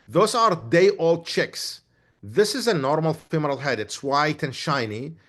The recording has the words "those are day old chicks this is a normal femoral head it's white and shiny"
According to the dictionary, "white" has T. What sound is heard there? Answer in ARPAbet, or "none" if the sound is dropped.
T